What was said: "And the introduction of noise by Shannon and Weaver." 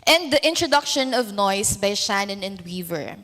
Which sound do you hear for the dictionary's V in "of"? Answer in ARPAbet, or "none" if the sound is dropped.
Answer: V